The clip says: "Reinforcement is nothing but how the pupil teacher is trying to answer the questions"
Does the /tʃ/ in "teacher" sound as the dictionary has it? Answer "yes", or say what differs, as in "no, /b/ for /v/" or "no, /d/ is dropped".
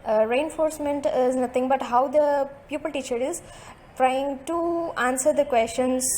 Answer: yes